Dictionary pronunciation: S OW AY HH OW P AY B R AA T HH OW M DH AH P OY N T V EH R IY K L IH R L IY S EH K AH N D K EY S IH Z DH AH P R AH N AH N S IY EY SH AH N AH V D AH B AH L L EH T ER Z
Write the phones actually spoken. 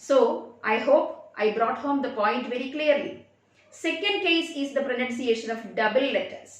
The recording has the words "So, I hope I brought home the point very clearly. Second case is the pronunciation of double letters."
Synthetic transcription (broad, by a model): S OW AY HH OW P AY B R AA T HH OW M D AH P OY N T V EH R IY K L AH R L IY S EH K AH N D K EY S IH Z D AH P R AH N AH N S IY EY SH AH N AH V D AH B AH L L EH T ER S